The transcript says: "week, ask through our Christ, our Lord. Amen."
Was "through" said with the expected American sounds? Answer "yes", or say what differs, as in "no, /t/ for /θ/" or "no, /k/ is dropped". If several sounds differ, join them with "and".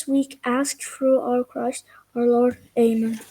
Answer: no, /f/ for /θ/